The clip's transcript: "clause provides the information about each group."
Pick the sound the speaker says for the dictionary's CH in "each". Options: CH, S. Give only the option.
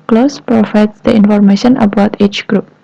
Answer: CH